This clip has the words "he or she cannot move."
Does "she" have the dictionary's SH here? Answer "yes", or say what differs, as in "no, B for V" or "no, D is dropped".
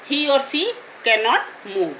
no, S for SH